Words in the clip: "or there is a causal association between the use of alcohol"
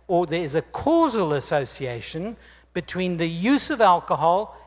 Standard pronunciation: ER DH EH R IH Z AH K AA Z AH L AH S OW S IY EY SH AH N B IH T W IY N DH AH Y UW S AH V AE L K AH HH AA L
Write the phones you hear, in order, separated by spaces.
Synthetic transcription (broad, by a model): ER DH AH R IH Z AH K AA Z AH L AH S OW S IY EY SH AH N B IH T W IY N DH AH Y UW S AH V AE L K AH HH AA L